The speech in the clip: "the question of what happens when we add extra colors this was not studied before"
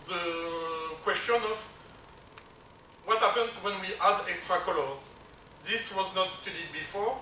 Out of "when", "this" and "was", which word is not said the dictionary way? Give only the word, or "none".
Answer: none